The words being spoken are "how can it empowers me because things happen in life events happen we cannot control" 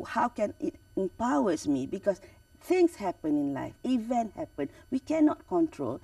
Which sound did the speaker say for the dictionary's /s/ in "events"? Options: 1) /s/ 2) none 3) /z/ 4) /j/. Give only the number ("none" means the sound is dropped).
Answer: 2